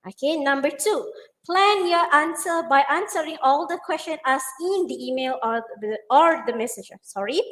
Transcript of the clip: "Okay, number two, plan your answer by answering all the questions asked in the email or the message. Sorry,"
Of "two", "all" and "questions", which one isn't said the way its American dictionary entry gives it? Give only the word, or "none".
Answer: questions